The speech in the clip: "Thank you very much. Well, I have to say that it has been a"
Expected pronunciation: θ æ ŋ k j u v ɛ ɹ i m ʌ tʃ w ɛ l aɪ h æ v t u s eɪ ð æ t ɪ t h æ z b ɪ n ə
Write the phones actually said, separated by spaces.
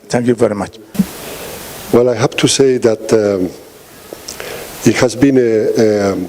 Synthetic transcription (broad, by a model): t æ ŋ k j u v ɛ ɹ i m ʌ tʃ w ɛ l aɪ h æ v t u s eɪ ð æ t ɪ t h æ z b ɪ n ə